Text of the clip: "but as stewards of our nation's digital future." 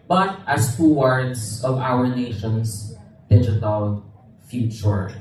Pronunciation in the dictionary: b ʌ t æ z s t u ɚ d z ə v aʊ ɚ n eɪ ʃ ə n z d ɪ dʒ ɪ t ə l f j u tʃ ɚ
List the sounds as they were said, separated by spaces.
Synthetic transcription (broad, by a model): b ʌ t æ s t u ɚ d s ə v aʊ ɚ n eɪ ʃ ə n s d ɪ dʒ ɪ t ə l f j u tʃ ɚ